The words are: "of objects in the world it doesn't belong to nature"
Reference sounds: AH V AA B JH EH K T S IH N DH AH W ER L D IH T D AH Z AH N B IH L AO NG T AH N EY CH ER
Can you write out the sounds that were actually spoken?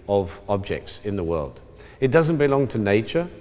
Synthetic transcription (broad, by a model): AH V AA B JH EH K T S IH N DH AH W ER L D IH T D AH Z AH N B IH L AO NG T AH N EY CH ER